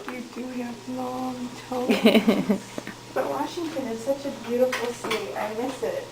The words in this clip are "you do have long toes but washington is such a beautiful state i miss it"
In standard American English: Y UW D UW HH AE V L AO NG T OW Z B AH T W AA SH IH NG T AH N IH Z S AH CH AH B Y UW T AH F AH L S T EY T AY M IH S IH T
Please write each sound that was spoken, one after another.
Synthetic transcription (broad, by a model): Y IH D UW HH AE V L AO NG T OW B AH T W AA SH IH NG T AH N IH Z S AH CH AH B Y UW T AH F L S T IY T AY M IH S IH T